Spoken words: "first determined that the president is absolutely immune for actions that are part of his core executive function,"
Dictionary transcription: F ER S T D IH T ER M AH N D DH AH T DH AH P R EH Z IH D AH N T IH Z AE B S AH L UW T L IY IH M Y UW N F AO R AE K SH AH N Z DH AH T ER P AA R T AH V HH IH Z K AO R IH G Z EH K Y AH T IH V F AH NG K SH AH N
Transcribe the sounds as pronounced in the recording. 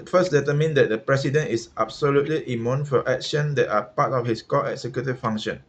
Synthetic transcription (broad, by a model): F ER S D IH T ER M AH N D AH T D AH P R EH S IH D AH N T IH S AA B S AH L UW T L IY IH M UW N F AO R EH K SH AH N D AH T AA P AA T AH F HH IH S K AO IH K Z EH K Y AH T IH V F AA NG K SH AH N